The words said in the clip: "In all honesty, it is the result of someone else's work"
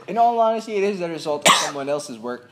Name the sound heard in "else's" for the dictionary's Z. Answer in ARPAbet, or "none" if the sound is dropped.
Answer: Z